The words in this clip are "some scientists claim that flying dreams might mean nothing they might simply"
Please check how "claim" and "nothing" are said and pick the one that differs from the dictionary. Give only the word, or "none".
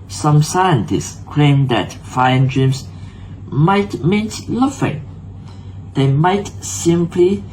nothing